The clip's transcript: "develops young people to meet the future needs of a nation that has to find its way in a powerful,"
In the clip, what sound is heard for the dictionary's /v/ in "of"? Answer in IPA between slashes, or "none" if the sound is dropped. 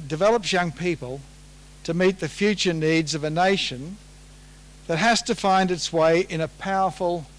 /v/